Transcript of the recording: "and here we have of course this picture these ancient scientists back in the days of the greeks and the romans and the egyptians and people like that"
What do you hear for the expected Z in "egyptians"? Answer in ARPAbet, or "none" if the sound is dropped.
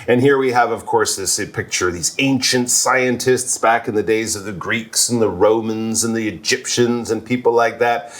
Z